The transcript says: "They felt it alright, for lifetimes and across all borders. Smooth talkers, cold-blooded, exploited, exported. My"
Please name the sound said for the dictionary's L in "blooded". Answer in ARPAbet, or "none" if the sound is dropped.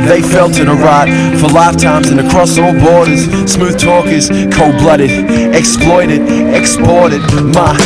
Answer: L